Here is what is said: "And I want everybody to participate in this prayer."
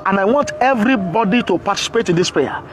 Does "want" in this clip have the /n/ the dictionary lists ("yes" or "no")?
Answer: yes